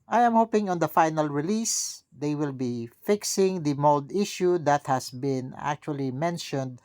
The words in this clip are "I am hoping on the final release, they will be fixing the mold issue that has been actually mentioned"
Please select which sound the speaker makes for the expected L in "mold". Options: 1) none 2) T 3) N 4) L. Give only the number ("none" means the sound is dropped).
4